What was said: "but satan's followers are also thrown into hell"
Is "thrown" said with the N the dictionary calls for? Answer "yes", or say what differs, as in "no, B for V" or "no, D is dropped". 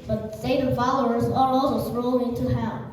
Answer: no, L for N